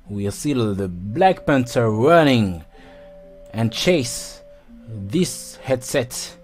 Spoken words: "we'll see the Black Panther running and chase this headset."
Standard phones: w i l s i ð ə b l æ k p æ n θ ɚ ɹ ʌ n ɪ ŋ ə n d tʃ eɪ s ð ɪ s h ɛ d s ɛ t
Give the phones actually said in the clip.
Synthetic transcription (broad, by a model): w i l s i ð ə b l æ k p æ n t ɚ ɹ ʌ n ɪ ŋ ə n tʃ eɪ s ð ɪ s h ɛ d s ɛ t